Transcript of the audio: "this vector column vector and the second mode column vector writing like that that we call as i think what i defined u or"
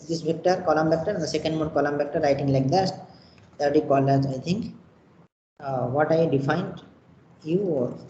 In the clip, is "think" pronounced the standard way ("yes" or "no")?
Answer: no